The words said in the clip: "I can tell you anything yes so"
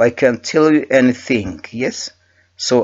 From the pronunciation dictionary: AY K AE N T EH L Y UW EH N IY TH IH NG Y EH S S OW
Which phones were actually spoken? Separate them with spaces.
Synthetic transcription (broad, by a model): AY K AE N T EH L Y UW EH N IY TH IH NG Y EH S S OW